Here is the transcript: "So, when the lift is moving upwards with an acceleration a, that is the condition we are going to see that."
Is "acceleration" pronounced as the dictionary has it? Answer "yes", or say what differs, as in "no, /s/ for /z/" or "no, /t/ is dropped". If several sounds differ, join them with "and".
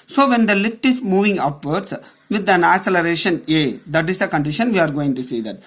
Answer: no, /k/ is dropped